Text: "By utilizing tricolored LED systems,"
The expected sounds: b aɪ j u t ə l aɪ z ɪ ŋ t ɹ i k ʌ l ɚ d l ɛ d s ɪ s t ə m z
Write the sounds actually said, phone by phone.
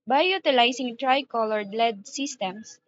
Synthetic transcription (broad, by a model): b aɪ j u t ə l aɪ s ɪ ŋ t ɹ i k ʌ l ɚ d l ɛ d s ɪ s t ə m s